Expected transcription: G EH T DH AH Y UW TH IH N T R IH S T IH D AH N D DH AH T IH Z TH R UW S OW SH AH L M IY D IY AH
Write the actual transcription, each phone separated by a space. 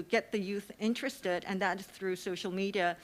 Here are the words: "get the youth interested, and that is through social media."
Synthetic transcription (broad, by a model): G EH T DH AH Y UW TH IH N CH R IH S T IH D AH N DH AH T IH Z TH R UW S OW SH L M IY D IY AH